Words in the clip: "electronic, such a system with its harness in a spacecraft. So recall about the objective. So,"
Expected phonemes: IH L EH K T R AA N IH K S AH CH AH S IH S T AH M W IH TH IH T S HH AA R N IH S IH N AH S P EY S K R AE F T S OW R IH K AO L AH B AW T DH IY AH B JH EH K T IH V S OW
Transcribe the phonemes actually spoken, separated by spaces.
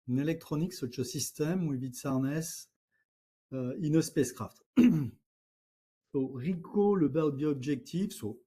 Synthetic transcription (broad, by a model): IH L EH K T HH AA N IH K S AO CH AH S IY S T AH M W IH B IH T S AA R N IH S IH N AH S P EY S K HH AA F T S OW R IH K AO L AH B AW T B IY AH B ZH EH K T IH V S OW